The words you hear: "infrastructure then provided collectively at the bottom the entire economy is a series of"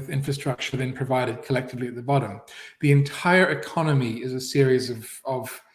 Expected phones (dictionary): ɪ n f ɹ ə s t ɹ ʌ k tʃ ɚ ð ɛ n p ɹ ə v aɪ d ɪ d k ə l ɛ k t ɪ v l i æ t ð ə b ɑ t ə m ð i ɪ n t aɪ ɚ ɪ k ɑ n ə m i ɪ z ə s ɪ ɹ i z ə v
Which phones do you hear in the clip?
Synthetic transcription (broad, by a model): ɪ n f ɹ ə s t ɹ ʌ k tʃ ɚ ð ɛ n p ɹ ə v aɪ d ɪ d k ə l ɛ k t ɪ v l i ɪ t ð ə b ɑ t ə m ð i ɪ n t aɪ ɚ ɪ k ɑ n ə m i ɪ z ə s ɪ ɹ i z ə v